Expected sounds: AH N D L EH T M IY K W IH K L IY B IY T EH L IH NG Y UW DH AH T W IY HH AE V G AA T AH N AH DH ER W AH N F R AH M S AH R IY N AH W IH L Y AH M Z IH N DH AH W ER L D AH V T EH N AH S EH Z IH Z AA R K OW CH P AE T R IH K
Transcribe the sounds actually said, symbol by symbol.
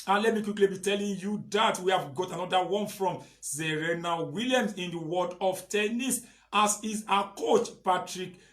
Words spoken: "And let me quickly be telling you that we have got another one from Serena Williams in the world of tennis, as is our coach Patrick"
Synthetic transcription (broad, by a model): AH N L EH T M IY K W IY K L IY B IY T EH L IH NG Y UW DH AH T W IY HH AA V G AA T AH N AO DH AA W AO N F R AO M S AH R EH N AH W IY L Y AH M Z IH N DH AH W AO D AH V T EH N AH S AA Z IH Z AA K OW CH P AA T R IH K